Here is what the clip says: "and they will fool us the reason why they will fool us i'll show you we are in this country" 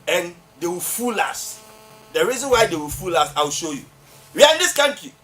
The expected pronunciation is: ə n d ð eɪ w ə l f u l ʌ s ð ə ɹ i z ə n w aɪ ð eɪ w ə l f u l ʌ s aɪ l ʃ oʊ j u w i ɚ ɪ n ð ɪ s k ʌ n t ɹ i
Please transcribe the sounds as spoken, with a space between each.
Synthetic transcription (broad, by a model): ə n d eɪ w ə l f u l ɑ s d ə ɹ i z ə n w aɪ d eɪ w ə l f u l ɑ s aɪ w ʃ oʊ j u w i ɪ n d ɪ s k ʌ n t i